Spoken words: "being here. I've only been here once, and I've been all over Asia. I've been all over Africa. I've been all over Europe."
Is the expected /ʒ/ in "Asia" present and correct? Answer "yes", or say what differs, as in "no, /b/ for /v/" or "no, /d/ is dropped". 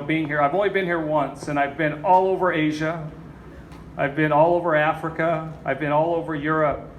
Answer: yes